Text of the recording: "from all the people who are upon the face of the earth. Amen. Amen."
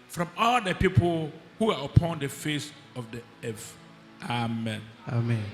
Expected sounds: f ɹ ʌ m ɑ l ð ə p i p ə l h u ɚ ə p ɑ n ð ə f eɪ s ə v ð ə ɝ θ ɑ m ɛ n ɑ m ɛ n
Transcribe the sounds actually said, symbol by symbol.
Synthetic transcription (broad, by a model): f ɹ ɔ m ɑ l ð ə p i p ə l h u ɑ ə p ɑ n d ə f eɪ s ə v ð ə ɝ f ɑ m ɛ n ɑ m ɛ n